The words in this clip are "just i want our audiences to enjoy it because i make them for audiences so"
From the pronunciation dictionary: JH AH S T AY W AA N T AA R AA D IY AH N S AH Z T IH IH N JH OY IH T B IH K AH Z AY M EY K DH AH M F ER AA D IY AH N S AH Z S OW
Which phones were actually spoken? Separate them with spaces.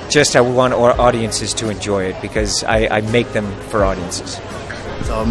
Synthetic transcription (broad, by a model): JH AH S T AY W AA N T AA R AA D IY AH N S AH Z T IH IH N JH OY IH T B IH K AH Z AY M EY K DH AH M F ER AA D IY AH N S AH Z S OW